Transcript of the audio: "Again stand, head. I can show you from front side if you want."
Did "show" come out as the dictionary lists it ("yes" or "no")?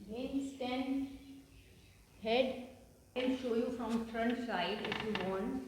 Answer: yes